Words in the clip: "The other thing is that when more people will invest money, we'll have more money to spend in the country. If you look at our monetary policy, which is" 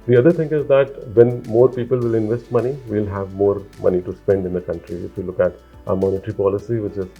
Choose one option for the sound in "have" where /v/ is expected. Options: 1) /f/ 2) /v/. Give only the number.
2